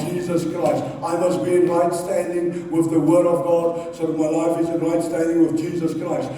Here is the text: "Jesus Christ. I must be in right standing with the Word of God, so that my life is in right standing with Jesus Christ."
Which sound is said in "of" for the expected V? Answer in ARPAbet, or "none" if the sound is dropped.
V